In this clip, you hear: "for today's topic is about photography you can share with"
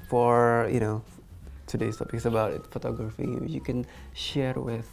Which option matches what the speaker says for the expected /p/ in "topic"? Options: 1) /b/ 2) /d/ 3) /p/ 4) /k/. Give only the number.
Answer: 1